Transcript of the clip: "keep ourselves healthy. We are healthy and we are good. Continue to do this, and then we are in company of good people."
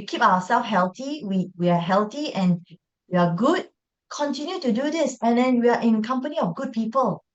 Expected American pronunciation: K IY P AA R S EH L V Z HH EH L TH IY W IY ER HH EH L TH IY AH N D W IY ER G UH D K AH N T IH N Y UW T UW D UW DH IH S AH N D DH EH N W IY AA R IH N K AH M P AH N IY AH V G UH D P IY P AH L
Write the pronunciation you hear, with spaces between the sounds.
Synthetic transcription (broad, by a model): K IY P AA W S EH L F HH EH L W IY W IY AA HH EH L T IY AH N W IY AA G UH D K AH N T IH N Y UW T UW D UW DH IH S AH N D EH N W IY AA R IH N K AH M P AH N IY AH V G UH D P IY P AH L